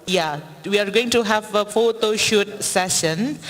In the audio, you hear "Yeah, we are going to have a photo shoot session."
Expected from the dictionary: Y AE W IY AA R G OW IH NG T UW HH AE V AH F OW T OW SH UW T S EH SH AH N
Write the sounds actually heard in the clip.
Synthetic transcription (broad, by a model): Y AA W IY AA R G OW IH NG T UW HH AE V AH F OW T OW SH UW T S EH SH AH N